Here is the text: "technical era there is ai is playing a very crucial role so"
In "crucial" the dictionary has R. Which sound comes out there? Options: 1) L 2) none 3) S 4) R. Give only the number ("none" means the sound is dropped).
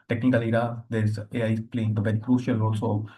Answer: 4